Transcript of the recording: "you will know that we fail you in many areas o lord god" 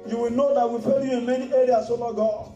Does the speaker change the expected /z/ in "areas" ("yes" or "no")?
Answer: yes